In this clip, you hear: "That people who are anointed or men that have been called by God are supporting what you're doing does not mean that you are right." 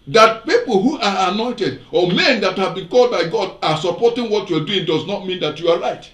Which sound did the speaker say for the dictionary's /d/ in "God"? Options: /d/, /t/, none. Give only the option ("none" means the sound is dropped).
/d/